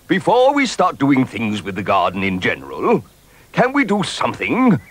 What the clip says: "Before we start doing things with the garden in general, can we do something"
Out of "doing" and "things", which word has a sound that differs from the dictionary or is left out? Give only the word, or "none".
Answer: none